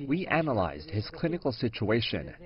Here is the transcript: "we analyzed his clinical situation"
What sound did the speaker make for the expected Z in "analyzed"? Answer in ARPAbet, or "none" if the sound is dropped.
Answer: Z